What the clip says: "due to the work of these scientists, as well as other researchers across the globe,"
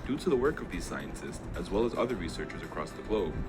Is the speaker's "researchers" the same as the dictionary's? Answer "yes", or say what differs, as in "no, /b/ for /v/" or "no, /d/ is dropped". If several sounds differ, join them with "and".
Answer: yes